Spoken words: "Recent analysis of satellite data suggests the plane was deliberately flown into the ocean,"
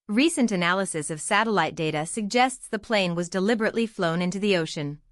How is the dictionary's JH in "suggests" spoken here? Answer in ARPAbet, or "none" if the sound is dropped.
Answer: JH